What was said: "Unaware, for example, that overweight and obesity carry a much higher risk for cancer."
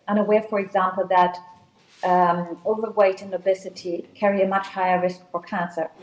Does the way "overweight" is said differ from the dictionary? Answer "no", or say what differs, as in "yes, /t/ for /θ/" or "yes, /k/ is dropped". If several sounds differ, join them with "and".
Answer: no